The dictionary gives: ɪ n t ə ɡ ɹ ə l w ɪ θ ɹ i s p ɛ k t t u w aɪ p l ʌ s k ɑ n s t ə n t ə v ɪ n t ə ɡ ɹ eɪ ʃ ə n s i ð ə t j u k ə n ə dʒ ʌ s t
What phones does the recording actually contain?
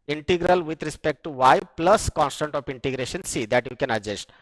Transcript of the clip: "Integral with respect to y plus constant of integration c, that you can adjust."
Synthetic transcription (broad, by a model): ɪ n t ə ɡ ɹ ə l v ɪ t ɹ i s p ɛ k t t u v aɪ p l ʌ s k ɑ n s t ə n t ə f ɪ n t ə ɡ ɹ eɪ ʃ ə n s i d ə t j u k ə n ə dʒ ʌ s t